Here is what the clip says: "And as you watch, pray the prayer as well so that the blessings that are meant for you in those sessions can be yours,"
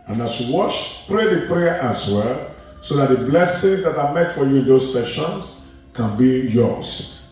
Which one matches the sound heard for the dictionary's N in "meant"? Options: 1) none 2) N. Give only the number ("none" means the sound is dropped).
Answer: 1